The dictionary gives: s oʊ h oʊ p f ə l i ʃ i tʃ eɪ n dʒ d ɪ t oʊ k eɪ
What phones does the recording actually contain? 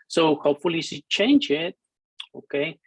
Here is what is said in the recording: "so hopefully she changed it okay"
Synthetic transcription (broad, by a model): s oʊ h oʊ p f ə l i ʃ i tʃ eɪ n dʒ ɪ t oʊ k eɪ